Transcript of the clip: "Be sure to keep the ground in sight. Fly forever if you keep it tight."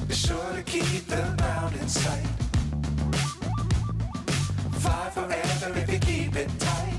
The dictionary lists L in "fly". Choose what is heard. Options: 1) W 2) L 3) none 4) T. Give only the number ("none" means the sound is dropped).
3